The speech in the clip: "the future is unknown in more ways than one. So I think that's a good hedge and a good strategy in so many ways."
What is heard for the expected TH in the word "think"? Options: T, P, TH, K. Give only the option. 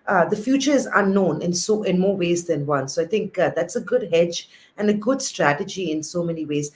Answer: T